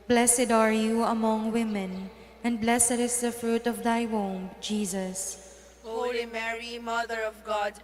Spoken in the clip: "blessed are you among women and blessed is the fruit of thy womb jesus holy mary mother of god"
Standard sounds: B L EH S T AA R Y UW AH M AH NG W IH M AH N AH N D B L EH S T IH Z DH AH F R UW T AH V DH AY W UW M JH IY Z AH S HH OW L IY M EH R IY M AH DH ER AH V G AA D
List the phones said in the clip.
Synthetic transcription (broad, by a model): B L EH S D AA R Y UW AH M AH NG W IH M AH N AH N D B L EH S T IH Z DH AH F R UW T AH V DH AY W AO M JH IY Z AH S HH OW IY M EH R IY M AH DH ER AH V G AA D